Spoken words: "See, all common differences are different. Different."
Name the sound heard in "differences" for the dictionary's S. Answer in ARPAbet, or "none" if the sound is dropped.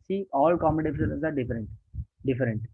none